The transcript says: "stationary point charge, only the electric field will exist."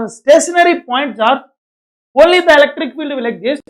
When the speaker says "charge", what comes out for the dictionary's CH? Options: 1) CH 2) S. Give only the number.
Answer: 2